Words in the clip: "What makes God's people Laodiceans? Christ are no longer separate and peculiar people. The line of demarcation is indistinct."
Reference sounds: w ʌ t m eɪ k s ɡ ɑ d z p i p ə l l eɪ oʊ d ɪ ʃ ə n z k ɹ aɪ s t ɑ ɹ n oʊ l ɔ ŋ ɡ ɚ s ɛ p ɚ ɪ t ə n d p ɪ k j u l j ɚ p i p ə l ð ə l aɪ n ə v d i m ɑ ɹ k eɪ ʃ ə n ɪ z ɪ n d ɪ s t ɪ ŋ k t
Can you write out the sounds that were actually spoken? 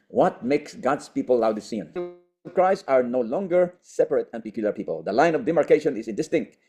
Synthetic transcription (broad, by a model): w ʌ t m eɪ k s ɡ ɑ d s p i p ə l l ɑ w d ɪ s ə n k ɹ aɪ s ɑ ɹ n oʊ l ɔ ŋ ɡ ɚ s ɛ p ɚ ɪ t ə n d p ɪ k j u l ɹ p i p ə l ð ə l aɪ n ə v d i m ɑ ɹ k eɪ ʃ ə n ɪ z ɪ n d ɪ s t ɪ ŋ k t